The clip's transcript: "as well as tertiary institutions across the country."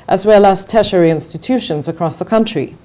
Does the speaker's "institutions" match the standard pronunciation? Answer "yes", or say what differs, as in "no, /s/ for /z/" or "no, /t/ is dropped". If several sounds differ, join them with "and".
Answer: yes